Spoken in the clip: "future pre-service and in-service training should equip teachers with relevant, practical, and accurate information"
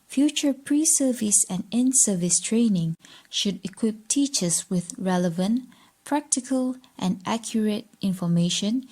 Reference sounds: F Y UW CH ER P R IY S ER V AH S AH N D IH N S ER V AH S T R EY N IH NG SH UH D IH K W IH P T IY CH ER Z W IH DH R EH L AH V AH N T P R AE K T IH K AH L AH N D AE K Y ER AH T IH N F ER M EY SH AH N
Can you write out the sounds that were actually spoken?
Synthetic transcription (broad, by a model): F Y UW CH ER P R IY S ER V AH S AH N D IH N S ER V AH S T R EY N IH NG SH UH D IH K W IH P T IY CH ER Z W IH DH R EH L AH V AH N T P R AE K T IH K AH L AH N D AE K Y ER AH T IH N F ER M EY SH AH N